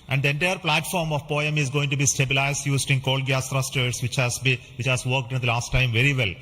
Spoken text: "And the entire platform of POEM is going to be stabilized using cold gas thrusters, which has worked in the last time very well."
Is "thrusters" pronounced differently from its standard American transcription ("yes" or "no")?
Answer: yes